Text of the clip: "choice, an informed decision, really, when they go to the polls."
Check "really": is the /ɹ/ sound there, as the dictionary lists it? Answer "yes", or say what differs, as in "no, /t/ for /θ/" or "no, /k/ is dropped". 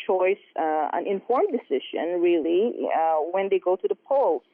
yes